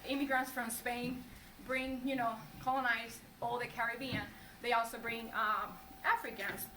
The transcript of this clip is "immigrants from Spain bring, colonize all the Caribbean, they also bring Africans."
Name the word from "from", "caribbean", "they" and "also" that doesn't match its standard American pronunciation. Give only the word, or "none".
none